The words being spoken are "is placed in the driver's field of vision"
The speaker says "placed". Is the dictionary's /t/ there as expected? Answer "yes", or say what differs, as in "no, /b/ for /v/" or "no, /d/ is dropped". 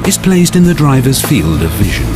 yes